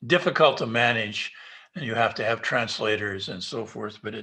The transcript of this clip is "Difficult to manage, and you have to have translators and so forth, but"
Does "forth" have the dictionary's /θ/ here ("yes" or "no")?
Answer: yes